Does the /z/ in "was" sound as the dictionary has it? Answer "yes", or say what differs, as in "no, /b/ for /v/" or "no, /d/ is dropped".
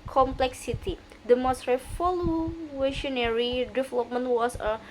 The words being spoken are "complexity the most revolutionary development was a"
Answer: no, /s/ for /z/